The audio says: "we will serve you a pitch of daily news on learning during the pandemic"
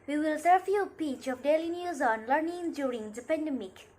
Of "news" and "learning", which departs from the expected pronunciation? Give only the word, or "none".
none